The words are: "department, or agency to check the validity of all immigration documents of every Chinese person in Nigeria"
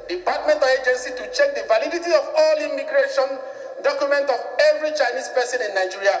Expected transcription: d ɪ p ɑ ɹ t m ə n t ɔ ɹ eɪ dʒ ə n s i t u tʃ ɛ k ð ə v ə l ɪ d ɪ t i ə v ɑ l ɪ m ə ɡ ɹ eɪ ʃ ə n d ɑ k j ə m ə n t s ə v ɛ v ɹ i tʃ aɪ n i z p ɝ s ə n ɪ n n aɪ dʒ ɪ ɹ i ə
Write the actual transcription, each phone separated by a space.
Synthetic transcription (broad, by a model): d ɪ p ɑ t m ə n t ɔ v eɪ dʒ ə n s i t u tʃ ɛ k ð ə v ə l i d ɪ t i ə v ɑ l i m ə ɡ ɹ eɪ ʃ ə n d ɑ k j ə m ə n t ə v ɛ v ɹ i tʃ aɪ n i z p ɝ s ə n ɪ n n aɪ dʒ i ɹ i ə